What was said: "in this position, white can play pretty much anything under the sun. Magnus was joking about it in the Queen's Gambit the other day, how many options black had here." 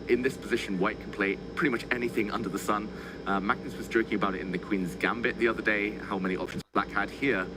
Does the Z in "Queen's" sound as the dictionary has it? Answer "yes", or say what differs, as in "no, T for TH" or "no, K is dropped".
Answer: yes